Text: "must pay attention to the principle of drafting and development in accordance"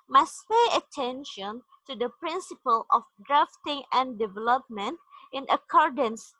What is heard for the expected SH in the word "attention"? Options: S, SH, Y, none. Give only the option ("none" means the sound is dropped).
SH